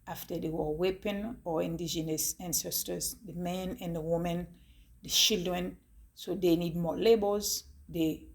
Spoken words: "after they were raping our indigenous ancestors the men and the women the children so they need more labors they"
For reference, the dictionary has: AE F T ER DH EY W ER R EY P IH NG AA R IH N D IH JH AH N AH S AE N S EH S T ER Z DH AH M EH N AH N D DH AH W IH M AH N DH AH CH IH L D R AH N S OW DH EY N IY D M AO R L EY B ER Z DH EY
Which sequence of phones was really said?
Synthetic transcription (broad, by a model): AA F T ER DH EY W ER W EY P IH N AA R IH N D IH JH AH N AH S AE N S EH S T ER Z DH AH M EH N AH N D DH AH W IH M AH N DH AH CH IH L D R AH N S OW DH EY N IY D M AO L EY B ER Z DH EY